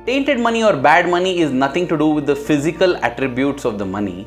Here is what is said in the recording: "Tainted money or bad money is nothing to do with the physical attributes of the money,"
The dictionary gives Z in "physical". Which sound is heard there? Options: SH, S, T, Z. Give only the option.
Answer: Z